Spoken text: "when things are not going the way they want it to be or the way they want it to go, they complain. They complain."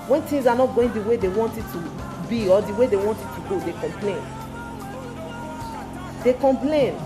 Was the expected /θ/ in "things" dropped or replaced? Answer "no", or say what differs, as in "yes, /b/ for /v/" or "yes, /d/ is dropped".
yes, /t/ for /θ/